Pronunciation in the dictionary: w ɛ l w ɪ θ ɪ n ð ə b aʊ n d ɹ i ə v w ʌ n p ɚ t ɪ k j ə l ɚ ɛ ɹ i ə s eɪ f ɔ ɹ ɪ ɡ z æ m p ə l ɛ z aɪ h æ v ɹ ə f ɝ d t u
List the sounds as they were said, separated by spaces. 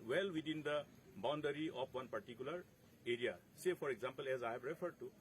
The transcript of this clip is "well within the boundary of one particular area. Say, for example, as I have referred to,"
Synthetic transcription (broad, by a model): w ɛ l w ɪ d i n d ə b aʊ n d ɹ i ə p w ʌ n p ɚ t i k j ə l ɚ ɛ ɹ i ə s eɪ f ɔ ɹ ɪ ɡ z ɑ m p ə l ɛ z aɪ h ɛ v ɹ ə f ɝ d t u